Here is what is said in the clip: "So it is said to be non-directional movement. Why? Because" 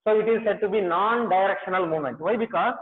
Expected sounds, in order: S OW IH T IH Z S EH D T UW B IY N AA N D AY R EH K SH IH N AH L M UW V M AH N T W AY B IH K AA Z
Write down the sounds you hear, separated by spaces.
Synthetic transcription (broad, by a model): S OW IH T IH Z S EH D T UW B IY N AA N D AY R EH K SH IH N AH L M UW M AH N T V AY B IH K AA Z